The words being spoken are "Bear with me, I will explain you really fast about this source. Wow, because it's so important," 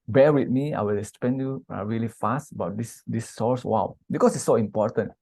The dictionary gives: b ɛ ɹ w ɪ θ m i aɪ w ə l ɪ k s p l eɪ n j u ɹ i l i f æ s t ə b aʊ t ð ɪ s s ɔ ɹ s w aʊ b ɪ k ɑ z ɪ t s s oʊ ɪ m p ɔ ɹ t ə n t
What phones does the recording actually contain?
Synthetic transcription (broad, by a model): b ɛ w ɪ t m i aɪ w ə l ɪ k s p eɪ n j u ɹ i l i f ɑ s t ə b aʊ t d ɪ s s ɔ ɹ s w aʊ b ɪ k ɑ s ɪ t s s oʊ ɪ m p ɔ t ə n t